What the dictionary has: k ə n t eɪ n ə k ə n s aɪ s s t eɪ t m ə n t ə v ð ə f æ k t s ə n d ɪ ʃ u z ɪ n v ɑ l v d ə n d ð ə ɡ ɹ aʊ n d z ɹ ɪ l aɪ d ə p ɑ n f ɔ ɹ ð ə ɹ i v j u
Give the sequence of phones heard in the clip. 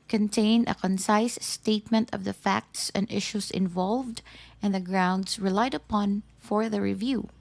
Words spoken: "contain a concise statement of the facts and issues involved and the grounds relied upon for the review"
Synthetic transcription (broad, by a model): k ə n t eɪ n ə k ə n s aɪ s s t eɪ t m ə n t ə v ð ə f æ k t s ə n d ɪ ʃ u s ɪ n v ɑ l v d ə n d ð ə ɡ ɹ aʊ n d s ɹ ɪ l aɪ d ə p ɑ n f ɔ ɹ ð ə ɹ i v j u